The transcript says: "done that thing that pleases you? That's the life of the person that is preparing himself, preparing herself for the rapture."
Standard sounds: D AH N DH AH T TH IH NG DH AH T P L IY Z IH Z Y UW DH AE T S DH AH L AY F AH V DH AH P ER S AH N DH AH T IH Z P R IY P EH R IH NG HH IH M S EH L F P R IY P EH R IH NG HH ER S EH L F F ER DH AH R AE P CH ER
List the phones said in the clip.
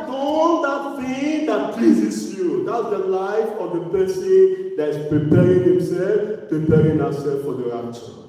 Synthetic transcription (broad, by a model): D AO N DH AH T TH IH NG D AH T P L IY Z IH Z Y UW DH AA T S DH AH L AY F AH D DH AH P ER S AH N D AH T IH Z P R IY P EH R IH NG HH IH M S EH L F P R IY P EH R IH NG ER S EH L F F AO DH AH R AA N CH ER